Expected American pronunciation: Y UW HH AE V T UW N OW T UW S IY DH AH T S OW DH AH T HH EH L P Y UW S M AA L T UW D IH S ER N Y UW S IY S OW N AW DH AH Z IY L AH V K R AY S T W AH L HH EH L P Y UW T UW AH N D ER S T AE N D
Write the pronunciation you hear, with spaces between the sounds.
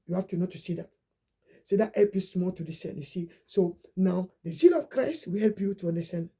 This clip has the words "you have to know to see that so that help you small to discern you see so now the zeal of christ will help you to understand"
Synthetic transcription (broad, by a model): Y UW HH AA F T UW N OW T UW S IY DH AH T S OW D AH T HH EH L P Y UW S M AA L T UW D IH S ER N Y UW S IY S OW N AW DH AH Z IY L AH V K R AY S T W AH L HH EH L P Y UW T UW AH N D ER S T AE N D